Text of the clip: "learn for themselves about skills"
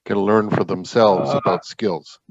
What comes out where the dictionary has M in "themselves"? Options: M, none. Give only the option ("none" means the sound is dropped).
M